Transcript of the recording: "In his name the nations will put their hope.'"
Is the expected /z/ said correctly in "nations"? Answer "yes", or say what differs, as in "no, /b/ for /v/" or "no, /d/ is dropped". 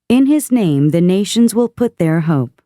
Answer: yes